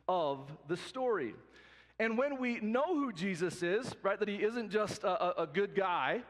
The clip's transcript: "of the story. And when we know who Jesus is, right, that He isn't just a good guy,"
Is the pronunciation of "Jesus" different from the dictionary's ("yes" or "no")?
no